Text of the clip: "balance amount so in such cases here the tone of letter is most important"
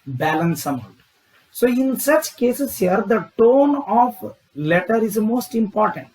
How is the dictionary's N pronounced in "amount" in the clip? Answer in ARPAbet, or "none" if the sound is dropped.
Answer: none